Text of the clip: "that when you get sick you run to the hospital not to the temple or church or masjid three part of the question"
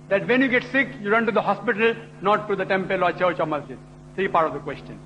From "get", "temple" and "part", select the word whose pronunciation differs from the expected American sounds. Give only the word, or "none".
none